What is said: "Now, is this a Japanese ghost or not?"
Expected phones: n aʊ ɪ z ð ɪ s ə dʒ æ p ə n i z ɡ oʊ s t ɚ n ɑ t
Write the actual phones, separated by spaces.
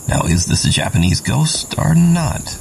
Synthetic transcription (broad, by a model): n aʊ ɪ z ð ɪ s ə dʒ æ p ə n i z ɡ oʊ s t ɚ n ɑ t